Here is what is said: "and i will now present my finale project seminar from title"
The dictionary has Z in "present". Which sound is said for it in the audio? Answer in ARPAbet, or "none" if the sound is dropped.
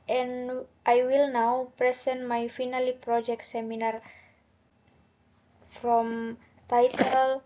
S